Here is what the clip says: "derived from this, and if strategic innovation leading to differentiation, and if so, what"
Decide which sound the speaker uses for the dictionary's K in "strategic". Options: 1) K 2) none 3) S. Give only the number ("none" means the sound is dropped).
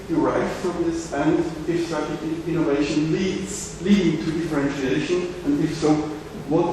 2